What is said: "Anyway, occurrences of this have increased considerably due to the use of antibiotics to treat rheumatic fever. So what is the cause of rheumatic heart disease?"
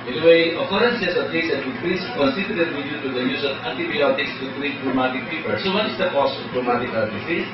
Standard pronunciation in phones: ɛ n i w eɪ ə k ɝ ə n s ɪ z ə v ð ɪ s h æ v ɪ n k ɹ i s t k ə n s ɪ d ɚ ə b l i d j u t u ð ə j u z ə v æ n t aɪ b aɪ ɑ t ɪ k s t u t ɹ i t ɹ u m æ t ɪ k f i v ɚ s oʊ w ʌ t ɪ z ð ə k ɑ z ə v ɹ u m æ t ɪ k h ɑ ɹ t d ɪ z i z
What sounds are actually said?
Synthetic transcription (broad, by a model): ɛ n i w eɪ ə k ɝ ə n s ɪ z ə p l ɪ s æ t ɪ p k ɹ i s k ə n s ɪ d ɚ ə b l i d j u t u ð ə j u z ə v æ n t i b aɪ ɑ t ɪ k s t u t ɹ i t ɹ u m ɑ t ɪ k p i p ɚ s oʊ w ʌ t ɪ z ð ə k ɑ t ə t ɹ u m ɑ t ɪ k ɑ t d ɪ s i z